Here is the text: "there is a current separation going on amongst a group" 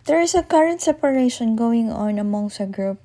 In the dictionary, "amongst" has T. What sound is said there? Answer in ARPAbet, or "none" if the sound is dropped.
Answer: none